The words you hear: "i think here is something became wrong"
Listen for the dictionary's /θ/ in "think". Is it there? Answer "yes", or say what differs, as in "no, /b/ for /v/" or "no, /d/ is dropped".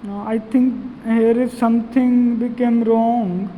no, /t/ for /θ/